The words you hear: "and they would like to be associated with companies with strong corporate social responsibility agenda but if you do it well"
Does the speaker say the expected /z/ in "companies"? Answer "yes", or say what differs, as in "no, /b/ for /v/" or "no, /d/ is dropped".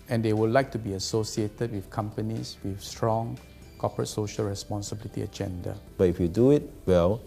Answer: no, /s/ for /z/